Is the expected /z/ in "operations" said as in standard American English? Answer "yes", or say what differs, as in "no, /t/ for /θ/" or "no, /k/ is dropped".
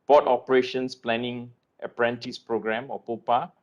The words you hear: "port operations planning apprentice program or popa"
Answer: no, /s/ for /z/